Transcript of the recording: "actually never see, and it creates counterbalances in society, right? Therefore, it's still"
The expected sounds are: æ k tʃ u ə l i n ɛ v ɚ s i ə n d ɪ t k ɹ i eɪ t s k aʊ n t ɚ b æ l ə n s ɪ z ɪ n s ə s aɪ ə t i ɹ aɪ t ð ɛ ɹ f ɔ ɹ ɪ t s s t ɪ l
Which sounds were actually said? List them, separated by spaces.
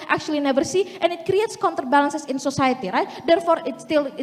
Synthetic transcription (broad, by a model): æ k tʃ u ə l i n ɛ v ɚ s i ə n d ɪ t k ɹ i eɪ t s k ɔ n t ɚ b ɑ l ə n s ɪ s ɪ n s ə s aɪ ə t i ɹ aɪ t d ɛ ɹ f ɔ ɹ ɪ t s s t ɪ l